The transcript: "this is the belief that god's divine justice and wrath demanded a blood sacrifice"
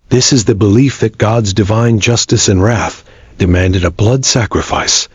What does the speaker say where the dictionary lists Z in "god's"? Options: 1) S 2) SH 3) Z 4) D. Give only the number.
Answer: 3